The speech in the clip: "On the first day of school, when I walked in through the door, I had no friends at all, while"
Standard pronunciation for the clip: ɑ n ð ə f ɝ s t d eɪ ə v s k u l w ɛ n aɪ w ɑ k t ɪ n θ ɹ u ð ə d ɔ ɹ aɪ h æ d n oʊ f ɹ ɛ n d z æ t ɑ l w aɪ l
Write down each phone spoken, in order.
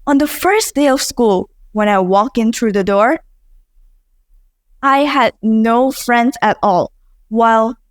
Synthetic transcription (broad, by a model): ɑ n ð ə f ɝ s d eɪ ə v s k u l w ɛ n aɪ w ɑ k ɪ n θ ɹ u ð ə d ɔ ɹ aɪ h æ d n oʊ f ɹ ɛ n d z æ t ɑ l w aɪ l